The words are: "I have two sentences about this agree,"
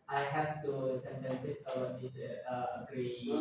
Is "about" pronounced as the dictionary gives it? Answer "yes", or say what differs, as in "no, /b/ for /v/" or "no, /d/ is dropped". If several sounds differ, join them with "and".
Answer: no, /b/ is dropped